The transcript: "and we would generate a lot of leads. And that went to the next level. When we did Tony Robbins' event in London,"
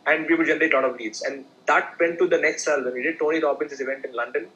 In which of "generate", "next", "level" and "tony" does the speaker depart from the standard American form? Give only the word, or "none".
level